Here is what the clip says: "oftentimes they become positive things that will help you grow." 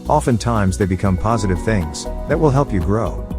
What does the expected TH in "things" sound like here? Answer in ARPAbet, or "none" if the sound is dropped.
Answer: TH